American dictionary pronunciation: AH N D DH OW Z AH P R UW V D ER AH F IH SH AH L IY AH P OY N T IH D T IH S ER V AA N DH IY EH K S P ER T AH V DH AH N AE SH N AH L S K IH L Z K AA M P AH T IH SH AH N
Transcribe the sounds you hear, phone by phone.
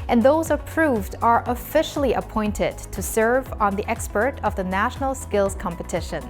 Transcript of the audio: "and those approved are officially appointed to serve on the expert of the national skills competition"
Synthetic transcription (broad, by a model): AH N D DH OW Z AH P R UW V D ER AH F IH SH L IY AH P OY N T IH D T IH S ER V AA N DH IY EH K S P ER T AH V DH AH N AE SH N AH L S K IH L Z K AA M P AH T IH SH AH N